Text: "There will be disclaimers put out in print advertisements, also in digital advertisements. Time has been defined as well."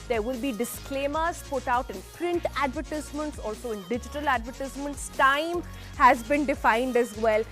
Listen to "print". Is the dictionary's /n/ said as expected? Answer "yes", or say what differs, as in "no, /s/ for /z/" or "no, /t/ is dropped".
yes